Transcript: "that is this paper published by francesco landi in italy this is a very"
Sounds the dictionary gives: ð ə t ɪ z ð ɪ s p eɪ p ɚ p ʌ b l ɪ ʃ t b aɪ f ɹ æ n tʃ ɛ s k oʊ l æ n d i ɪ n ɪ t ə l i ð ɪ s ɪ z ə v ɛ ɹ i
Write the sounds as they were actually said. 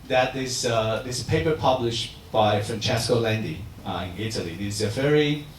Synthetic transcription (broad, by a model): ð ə t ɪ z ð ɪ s p eɪ p ɚ p ʌ b l ɪ ʃ t b aɪ f ɹ æ n tʃ ɛ s k oʊ l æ n d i ɪ n ɪ t ə l i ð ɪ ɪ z ə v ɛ ɹ i